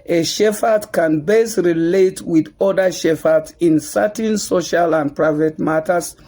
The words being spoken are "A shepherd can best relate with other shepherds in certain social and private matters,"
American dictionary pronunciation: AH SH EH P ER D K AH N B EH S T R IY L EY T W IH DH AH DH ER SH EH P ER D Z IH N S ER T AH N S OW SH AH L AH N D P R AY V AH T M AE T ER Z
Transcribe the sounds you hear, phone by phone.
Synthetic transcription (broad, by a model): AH SH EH F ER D K AH N B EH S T R IY L EY T W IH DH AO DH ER SH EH F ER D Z IH N S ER T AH N S OW SH AH L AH N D P R AY V AH T M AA T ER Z